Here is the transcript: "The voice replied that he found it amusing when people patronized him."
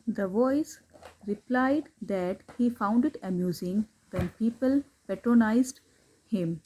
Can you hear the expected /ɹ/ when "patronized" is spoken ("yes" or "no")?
yes